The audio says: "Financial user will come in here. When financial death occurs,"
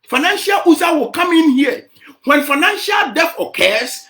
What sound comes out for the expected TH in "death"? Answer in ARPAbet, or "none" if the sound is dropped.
F